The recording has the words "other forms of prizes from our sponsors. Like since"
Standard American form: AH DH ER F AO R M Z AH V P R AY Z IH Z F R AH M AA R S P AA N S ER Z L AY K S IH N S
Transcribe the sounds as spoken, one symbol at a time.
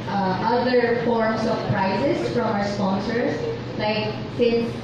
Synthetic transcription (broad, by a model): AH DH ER F AO R M S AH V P R AY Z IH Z F R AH M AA S P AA N S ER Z L AY K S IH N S